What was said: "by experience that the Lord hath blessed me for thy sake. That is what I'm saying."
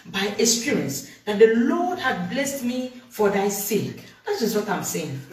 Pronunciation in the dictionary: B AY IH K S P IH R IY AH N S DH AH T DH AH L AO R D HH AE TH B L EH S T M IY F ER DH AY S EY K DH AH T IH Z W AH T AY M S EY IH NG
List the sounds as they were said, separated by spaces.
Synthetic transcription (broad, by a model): B AY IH S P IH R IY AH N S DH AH T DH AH L AO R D HH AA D B L EH S T M IY F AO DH AY S EY K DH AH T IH S W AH T AY M S EY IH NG